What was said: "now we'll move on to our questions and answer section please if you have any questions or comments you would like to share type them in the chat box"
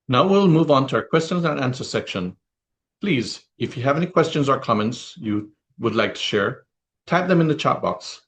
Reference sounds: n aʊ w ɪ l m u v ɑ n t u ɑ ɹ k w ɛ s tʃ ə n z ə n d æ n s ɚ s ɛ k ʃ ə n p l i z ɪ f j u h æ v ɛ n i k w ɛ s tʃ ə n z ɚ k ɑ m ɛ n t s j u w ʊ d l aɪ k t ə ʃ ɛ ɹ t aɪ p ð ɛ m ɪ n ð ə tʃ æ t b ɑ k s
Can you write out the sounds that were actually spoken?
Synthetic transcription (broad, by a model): n aʊ w ɪ l m u v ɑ n t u ɑ ɹ k w ɛ s tʃ ə n z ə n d æ n s ɚ s ɛ k ʃ ə n p l i z ɪ f j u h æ v ɛ n i k w ɛ s tʃ ə n z ɚ k ɑ m ɛ n t s j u w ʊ d l aɪ k t ə ʃ ɛ ɹ t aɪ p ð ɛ m ɪ n ð ə tʃ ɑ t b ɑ k s